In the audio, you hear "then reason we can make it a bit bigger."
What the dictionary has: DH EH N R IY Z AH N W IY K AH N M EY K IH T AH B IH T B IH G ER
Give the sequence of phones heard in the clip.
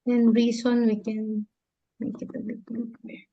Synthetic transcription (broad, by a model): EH N R IY S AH N W IY K AH N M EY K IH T AH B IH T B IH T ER